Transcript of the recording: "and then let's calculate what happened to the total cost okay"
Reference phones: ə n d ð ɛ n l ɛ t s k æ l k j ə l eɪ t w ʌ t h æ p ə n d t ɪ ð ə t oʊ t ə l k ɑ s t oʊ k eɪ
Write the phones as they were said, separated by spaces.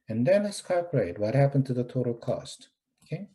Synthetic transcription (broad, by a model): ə n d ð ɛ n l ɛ s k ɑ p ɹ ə ɪ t w ʌ t h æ p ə n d t ɪ ð ə t oʊ t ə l k ɑ s t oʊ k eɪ